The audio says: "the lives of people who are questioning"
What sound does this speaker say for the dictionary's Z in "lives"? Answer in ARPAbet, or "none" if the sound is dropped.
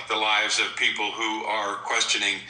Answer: Z